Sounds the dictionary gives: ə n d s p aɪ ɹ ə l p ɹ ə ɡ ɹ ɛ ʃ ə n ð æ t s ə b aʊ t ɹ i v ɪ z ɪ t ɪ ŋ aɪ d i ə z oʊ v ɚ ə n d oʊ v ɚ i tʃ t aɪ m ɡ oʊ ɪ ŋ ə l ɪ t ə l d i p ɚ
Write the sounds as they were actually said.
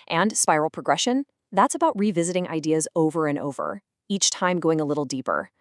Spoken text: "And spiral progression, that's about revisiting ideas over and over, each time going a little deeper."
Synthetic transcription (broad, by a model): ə n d s p aɪ ɹ l p ɹ ə ɡ ɹ ɛ ʃ ə n ð æ t s ə b aʊ t ɹ i v ɪ z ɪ t ɪ ŋ aɪ d i ə z oʊ v ɚ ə n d oʊ v ɚ i tʃ t aɪ m ɡ oʊ ɪ ŋ ə l ɪ t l d i p ɚ